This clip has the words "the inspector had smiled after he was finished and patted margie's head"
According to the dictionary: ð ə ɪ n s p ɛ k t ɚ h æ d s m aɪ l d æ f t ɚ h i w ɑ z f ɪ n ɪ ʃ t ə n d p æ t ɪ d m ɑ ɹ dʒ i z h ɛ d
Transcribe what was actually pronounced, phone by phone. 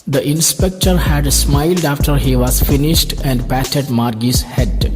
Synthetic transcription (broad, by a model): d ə ɪ n s p ɛ k t ɚ h æ d s m aɪ l d æ f t ɚ h i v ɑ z f ɪ n ɪ ʃ t ə n d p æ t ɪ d m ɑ ɹ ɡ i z h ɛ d